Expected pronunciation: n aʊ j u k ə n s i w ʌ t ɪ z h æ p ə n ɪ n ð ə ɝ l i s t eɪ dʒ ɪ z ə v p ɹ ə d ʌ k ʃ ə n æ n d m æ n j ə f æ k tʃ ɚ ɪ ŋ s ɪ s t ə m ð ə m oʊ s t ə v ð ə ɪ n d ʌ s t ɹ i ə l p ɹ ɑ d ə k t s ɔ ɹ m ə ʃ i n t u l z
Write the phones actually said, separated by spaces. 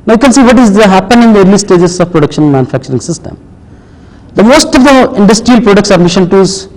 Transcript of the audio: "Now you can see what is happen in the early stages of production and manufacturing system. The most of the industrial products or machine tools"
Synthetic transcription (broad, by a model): n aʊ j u k ə n s i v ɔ t ɪ z h æ p ə n ɪ n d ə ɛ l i s t eɪ dʒ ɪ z ə v p ɹ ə d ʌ k ʃ ə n n m æ n j ə f æ k tʃ ɚ ɪ ŋ s ɪ s t ə m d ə m oʊ s t ə v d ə ɪ n d ʌ s t ɹ i ə l p ɹ ɑ d ə k t s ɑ ɹ m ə ʃ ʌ n t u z